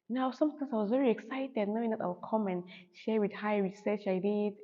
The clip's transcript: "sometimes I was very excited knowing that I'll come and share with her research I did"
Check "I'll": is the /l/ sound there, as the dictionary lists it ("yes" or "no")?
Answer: no